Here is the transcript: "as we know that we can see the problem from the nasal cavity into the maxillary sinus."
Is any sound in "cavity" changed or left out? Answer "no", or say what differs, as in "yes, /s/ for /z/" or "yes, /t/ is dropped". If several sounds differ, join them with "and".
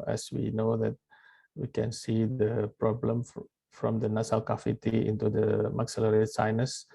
yes, /f/ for /v/